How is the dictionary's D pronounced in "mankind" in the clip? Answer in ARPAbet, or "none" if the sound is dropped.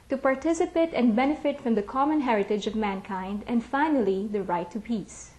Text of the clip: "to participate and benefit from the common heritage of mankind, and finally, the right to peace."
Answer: D